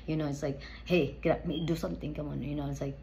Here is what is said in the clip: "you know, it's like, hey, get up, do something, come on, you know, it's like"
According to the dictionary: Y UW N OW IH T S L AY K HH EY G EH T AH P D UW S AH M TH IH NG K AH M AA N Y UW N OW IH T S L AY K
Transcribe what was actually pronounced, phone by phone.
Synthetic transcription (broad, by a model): Y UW N OW IH T S L AY K HH EY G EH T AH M D UW S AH M T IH NG K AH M AA N Y UW N OW IH T S L AY K